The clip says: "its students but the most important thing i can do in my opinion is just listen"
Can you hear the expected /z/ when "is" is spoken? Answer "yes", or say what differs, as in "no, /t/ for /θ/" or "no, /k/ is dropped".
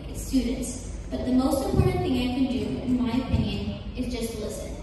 yes